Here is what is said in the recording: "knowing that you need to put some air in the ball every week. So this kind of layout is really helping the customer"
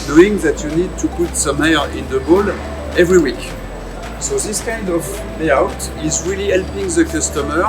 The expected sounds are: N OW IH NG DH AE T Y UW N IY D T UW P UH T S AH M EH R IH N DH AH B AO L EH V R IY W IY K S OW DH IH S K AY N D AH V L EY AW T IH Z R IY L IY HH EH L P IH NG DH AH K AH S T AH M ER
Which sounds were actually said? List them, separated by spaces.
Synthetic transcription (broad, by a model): N OW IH NG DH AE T Y UW N IY D T UW P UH T S AH M EH R IH N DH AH B AO L EH V R IY W IY K S OW DH IH S K AY N D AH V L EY AW T IH Z R IY L IY HH EH L P IH NG DH AH K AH S T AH M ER